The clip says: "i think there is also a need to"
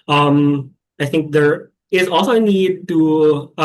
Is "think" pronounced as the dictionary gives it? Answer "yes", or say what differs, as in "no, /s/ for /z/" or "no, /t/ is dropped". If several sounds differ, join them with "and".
yes